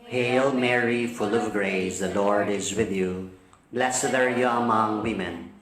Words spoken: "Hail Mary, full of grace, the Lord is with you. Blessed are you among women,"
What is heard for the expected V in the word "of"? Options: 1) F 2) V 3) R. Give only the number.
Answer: 2